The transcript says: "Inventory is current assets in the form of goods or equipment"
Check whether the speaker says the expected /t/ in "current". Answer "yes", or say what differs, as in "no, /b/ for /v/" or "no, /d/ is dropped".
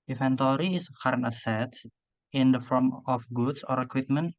no, /t/ is dropped